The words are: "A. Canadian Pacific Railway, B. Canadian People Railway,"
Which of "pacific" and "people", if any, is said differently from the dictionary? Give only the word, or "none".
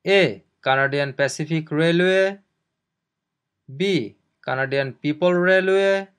pacific